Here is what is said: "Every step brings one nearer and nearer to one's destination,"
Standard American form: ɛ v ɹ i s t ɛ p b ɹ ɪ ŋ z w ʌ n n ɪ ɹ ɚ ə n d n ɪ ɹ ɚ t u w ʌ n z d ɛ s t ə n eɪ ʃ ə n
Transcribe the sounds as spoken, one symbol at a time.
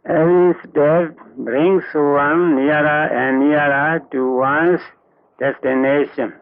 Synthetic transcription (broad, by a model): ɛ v ɹ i s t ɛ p b ɹ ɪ ŋ s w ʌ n n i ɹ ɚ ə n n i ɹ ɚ t u w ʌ n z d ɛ s t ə n eɪ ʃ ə n